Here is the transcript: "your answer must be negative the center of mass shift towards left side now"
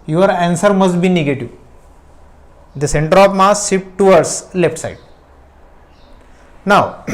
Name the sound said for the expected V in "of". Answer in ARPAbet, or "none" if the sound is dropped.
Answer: P